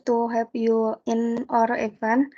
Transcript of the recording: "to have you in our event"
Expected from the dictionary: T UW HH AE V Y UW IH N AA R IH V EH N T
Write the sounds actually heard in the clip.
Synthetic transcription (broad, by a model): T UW HH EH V Y UW IH N AA R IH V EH N